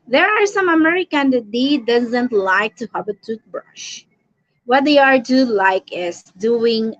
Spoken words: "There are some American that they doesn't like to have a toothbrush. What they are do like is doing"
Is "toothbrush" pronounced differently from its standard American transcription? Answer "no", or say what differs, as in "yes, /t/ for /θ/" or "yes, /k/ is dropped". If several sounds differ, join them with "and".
yes, /t/ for /θ/